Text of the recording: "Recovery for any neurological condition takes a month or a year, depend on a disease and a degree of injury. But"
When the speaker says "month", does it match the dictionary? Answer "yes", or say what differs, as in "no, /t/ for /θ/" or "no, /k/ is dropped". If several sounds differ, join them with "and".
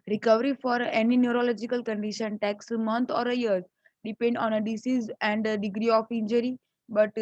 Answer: no, /t/ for /θ/